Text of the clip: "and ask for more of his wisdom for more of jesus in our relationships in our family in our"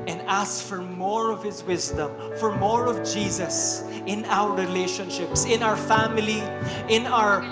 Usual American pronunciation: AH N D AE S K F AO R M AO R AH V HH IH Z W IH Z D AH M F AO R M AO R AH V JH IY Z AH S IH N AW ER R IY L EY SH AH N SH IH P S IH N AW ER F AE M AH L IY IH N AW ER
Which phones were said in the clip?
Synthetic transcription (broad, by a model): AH N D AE S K F AO R M AO R AH V HH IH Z W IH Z D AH M F AO R M AO R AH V JH IY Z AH S IH N AW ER R IY L EY SH AH N SH IH P S IH N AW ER F AE M AH L IY IH N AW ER